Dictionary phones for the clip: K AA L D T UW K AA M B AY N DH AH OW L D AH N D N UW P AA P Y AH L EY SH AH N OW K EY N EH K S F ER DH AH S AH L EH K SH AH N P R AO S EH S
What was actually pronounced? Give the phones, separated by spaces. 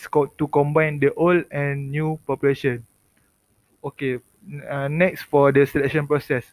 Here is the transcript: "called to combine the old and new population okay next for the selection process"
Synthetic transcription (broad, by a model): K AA T UW K AA M B AY N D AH OW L AH N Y UW P AA P Y AH L EY SH AH N OW K EY N EH K S F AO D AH S AH L EH K SH AH N P R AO S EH S